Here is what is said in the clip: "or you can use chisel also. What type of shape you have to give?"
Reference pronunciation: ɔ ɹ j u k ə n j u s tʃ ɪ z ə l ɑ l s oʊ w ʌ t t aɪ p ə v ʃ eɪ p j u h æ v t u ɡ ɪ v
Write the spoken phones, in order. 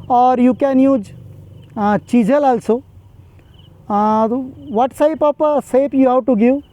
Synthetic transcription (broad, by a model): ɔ ɹ j u k ə n j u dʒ tʃ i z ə l ɑ l s oʊ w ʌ t s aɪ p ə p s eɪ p j u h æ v t u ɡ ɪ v